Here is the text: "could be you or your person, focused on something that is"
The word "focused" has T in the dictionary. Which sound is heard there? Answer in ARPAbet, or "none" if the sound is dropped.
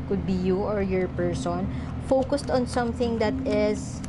T